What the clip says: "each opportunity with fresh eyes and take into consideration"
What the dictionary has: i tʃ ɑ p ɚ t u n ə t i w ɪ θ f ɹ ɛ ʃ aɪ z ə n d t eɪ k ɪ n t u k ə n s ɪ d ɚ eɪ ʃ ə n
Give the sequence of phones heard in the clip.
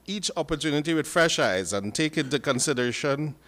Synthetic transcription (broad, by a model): i tʃ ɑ p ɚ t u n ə t i w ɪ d f ɹ ɛ ʃ aɪ z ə n t eɪ k ɪ n t u k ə n s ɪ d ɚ eɪ ʃ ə n